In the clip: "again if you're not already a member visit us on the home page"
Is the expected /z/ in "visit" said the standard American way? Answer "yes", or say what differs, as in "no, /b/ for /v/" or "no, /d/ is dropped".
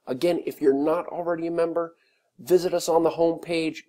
yes